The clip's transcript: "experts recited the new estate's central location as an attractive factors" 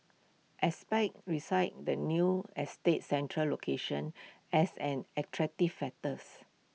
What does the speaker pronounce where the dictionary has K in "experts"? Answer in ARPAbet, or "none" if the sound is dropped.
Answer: none